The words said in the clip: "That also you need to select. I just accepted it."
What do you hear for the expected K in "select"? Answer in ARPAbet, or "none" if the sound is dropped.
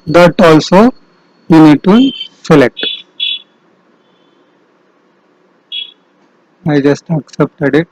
none